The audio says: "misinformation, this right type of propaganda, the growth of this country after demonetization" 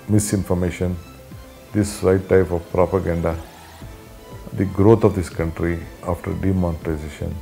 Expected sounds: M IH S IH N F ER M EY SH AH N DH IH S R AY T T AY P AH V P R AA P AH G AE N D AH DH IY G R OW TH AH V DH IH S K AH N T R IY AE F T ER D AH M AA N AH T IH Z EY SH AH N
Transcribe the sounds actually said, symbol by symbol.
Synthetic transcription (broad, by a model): M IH S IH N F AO M EY SH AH N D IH S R AY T T AY P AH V P R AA P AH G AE N D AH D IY G R OW T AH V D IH S K AH N T R IY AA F T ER D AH M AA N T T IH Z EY SH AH N